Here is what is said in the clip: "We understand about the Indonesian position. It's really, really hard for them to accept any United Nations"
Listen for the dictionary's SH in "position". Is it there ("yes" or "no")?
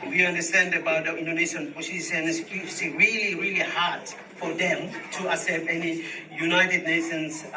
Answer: no